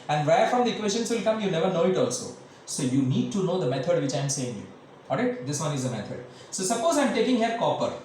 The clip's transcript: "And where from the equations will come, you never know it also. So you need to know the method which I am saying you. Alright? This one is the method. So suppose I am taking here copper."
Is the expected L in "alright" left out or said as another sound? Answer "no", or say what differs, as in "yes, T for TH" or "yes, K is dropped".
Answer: yes, L is dropped